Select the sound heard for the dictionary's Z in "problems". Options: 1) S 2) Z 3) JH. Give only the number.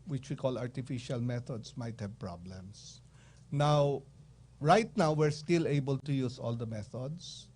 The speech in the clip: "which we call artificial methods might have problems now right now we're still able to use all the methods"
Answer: 1